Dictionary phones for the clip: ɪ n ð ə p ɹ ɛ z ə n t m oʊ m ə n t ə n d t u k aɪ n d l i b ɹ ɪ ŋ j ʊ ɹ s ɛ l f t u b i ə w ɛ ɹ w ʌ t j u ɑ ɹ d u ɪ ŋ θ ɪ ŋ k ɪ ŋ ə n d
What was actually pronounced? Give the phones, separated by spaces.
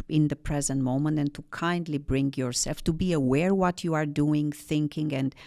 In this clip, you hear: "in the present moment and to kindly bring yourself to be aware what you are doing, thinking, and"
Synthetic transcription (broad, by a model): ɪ n ð ə p ɹ ɛ z ə n t m oʊ m ə n t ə n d t u k aɪ n d l i b ɹ ɪ ŋ j ʊ ɹ s ɛ l f t u b i ə w ɛ ɹ w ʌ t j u ɑ ɹ d u ɪ ŋ θ ɪ ŋ k ɪ ŋ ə n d